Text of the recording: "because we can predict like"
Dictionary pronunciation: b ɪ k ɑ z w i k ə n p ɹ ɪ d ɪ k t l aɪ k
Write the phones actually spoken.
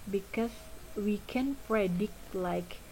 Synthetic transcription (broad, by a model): b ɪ k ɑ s w i k ə n p ɹ ɪ d ɪ k t l aɪ k